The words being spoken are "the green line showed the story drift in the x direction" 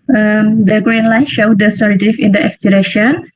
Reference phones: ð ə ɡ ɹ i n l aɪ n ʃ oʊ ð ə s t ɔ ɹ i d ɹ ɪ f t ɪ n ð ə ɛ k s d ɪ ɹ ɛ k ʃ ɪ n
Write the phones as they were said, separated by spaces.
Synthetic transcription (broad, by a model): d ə ɡ ɹ i n l aɪ n ʃ oʊ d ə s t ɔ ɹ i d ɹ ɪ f ɪ n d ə ɛ k s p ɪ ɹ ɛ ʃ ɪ n